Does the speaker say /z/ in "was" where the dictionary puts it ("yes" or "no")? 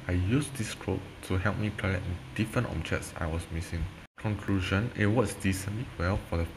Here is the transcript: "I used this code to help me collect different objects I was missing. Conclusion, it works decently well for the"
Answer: no